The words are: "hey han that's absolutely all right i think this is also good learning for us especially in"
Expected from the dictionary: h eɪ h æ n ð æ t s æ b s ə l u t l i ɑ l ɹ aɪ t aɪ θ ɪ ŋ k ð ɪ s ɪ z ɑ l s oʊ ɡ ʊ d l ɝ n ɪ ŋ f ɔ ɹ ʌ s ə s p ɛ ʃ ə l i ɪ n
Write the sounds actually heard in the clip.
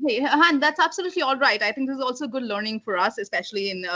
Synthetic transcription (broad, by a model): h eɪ h æ n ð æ t s æ b s ə l u t l i ɑ l ɹ aɪ t aɪ t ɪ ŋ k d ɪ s ɪ z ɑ l s oʊ ɡ ʊ d l ɝ n ɪ ŋ f ɔ ɹ ʌ s ə s p ɛ ʃ ə l i ɪ n